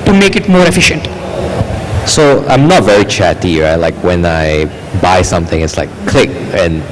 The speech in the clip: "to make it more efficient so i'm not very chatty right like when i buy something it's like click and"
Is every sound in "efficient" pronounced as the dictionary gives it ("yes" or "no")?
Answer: yes